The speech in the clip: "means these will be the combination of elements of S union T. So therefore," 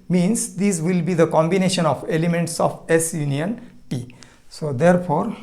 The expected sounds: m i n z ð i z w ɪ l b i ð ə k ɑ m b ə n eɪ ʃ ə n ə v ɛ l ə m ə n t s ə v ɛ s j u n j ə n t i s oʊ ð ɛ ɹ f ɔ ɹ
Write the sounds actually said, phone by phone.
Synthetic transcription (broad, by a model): m i n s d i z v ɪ l b i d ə k ɑ m b ə n eɪ ʃ ə n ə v ɛ l ə m ə n t s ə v ɛ s j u n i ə n t i s oʊ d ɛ ɹ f ɔ ɹ